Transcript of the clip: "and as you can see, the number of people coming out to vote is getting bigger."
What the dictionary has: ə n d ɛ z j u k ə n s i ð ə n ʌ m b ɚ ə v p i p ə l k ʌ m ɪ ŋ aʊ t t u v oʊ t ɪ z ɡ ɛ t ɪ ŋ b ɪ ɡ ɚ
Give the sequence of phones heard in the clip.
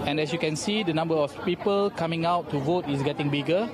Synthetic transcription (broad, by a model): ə n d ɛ s j u k ə n s i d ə n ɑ m b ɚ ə f p i p ə l k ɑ m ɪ ŋ aʊ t t u v oʊ t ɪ s ɡ ɛ t ɪ ŋ b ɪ ɡ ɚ